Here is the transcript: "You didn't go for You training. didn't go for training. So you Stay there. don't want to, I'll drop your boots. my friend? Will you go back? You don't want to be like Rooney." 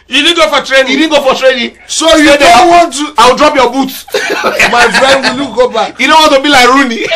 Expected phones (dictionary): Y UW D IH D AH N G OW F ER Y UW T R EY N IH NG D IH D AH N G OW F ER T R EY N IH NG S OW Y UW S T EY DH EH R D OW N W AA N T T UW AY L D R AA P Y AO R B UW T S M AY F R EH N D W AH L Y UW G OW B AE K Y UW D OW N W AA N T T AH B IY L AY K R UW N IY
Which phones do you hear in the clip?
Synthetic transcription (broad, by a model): Y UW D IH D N G OW F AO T R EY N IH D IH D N G OW F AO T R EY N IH S OW Y UW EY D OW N W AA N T T UW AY W D R AA P Y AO B UW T M AY F R EH N D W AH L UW G OW B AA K Y UW D OW N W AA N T T AH B IY L AY K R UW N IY